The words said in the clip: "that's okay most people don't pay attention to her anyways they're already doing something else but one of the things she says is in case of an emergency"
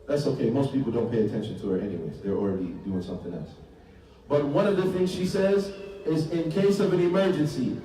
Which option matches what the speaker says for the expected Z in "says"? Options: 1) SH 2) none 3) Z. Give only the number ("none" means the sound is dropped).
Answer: 3